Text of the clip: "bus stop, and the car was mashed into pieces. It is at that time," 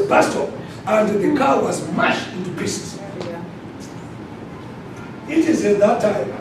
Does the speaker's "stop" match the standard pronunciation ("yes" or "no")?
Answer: no